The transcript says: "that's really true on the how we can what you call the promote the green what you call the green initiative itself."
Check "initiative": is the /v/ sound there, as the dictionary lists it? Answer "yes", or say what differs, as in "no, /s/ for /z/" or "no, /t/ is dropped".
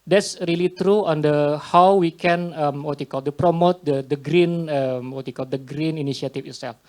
no, /f/ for /v/